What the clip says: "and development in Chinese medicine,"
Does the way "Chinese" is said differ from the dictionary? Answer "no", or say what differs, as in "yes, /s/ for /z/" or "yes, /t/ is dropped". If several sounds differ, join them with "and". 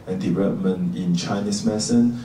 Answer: yes, /s/ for /z/